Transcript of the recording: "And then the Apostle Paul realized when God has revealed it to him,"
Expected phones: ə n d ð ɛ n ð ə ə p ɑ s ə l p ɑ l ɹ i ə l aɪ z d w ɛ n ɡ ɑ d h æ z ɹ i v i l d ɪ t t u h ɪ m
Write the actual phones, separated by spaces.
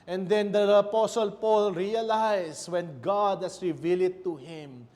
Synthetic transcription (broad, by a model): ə n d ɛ n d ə ə p ɑ s ə l p ɑ l ɹ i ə l aɪ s w ɛ n ɡ ɑ d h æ s ɹ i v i l ɪ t t u h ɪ m